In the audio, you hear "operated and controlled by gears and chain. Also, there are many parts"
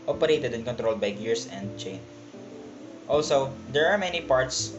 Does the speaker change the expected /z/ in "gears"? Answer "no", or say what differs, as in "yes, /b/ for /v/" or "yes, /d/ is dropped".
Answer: yes, /s/ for /z/